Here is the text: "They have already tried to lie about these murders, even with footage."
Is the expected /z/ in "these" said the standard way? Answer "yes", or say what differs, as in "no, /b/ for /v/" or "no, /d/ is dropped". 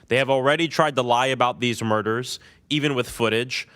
yes